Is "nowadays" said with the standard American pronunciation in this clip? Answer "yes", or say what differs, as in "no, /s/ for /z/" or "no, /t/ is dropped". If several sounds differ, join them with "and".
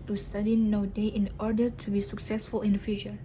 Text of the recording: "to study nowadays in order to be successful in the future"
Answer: no, /z/ is dropped